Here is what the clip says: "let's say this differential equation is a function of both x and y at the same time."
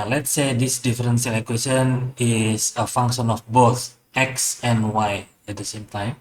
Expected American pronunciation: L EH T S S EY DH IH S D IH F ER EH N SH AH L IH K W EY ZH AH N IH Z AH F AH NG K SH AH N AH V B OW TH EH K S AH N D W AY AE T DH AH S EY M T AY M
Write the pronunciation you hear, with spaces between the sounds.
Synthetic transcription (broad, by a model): L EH T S S EY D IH S D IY F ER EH N S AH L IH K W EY S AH N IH S AH F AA NG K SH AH N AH F B OW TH EH K S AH N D W AY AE T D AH S EY M T AY M